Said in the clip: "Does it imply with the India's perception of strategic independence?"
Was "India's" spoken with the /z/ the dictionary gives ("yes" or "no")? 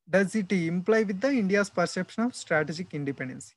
no